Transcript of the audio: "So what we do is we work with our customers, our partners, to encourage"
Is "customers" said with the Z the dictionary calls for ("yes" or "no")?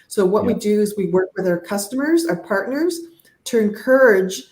yes